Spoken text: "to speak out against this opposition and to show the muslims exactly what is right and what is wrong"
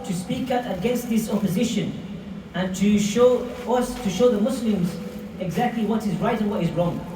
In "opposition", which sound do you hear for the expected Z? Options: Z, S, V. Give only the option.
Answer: Z